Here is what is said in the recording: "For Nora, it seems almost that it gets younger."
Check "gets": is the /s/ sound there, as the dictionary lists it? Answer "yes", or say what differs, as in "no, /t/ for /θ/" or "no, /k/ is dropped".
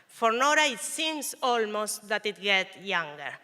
no, /s/ is dropped